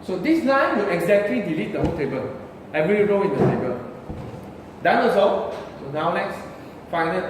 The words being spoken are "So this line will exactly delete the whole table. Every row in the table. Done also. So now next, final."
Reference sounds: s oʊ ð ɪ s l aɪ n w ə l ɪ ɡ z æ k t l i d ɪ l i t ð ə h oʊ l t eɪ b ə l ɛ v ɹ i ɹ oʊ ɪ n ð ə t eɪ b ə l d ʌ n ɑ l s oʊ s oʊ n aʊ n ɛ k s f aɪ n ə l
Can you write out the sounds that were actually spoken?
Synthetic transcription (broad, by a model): s oʊ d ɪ s n aɪ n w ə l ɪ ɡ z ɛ k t l i d ɪ l i t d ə h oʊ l t eɪ b ə l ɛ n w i ɹ oʊ ɪ n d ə t eɪ b ə l d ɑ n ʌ s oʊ s oʊ n aʊ n ɛ k s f aɪ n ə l